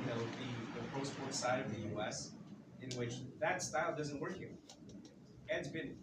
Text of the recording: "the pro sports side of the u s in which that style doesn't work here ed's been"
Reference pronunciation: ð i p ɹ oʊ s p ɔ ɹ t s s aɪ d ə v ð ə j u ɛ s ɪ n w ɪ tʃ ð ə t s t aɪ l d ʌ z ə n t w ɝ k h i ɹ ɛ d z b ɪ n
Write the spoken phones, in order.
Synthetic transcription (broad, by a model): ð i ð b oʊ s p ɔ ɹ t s s aɪ d ə v ð ə j u ɛ s ɪ n w ɪ tʃ ð ə t s t aɪ l d ʌ z ə n t w ɝ k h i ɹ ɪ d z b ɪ n